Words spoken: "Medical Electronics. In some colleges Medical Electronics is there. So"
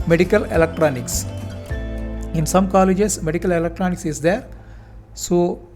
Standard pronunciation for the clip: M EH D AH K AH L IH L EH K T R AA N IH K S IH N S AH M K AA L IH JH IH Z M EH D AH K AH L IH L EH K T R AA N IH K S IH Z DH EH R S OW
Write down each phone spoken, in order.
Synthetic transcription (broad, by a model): M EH D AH K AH L IH L EH K T R AA N IH K S IH N S AH M K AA L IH JH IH S M EH D AH K AH L IH L EH K T R AA N IH K S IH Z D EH R S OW